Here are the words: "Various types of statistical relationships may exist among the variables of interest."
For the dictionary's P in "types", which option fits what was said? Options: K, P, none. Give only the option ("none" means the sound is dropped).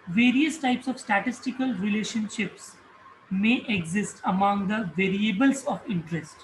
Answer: P